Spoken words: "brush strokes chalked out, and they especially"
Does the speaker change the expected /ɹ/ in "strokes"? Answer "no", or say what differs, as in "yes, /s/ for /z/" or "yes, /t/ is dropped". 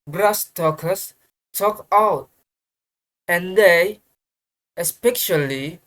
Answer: yes, /ɹ/ is dropped